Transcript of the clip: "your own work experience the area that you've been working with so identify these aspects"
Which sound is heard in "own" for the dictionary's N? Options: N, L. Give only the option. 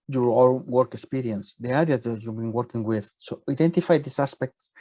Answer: L